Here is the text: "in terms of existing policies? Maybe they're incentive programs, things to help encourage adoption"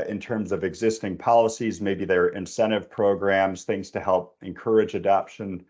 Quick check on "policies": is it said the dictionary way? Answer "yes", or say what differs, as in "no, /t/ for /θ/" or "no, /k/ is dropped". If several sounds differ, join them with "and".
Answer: yes